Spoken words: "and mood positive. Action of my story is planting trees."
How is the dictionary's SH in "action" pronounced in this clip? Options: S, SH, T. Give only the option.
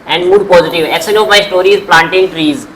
S